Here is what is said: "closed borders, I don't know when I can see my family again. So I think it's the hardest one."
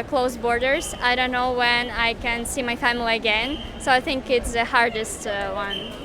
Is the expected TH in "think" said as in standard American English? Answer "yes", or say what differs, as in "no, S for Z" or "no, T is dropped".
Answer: yes